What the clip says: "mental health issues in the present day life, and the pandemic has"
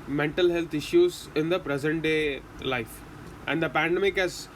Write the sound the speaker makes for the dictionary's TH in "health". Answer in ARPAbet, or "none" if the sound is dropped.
T